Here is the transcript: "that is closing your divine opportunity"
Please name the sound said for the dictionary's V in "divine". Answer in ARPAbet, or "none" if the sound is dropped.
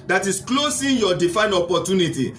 F